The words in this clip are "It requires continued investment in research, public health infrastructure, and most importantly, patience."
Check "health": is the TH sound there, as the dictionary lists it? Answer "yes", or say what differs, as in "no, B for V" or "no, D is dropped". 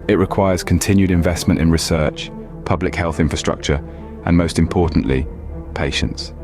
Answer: yes